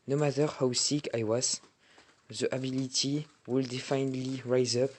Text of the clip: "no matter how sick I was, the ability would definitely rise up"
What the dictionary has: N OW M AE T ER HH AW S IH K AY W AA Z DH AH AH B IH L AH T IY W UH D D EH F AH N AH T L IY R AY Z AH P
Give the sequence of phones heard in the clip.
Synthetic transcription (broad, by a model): N OW M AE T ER HH AW S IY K AY W AA Z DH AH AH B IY L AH T IY W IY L D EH F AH N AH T L IY R AY Z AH P